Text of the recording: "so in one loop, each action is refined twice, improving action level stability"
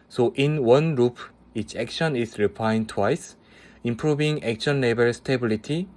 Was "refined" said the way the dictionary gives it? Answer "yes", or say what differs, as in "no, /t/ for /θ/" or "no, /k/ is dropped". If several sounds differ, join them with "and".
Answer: no, /p/ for /f/